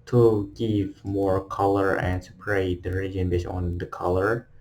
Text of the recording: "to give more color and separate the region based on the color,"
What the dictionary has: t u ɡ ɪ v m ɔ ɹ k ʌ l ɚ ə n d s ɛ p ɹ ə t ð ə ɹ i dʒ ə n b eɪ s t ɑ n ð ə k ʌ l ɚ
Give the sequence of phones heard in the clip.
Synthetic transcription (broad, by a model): t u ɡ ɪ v m ɔ ɹ k ʌ l ɚ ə n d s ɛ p ɹ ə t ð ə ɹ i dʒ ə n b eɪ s ɑ n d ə k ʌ l ɚ